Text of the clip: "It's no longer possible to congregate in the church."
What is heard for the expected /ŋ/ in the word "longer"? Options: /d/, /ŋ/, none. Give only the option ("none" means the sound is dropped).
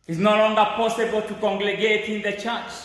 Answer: /ŋ/